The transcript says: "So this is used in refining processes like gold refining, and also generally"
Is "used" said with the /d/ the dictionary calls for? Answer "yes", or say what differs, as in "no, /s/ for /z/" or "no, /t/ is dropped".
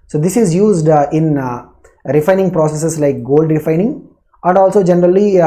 yes